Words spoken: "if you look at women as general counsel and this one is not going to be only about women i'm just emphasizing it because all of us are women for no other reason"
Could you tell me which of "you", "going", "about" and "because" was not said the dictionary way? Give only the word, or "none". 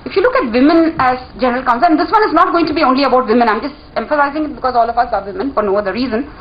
none